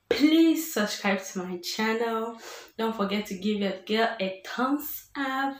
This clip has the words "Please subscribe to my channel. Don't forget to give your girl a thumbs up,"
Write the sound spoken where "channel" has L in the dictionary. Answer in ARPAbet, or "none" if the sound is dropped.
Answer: L